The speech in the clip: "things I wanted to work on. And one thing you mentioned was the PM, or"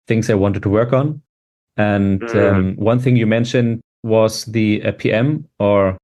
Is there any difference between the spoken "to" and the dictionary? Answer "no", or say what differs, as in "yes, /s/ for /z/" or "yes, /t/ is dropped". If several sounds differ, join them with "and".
no